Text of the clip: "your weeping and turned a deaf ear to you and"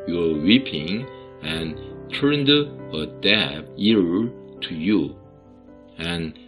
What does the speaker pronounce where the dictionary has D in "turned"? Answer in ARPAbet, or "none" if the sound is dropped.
D